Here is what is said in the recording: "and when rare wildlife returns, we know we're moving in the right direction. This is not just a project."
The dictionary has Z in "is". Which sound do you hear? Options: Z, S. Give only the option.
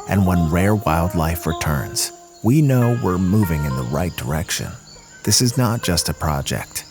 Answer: Z